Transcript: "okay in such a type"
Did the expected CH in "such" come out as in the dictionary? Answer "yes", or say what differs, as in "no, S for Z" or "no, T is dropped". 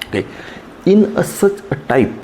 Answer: no, S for CH